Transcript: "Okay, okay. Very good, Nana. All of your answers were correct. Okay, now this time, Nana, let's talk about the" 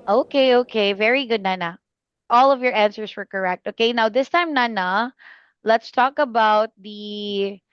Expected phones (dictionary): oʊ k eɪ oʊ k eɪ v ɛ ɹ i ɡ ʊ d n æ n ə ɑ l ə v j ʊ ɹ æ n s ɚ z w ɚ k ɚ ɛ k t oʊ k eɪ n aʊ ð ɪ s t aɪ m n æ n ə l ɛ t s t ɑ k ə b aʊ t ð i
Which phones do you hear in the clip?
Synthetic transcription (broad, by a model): oʊ k eɪ oʊ k eɪ v ɛ ɹ i ɡ ʊ d n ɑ n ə ɑ l ə v j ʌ ɹ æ n s ɚ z w ɚ k ɚ ɛ k t oʊ k eɪ n aʊ ð ɪ s t aɪ m n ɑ n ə l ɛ t s t ɑ k ə b aʊ t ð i